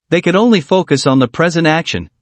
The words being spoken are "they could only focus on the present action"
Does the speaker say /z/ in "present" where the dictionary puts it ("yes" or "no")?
yes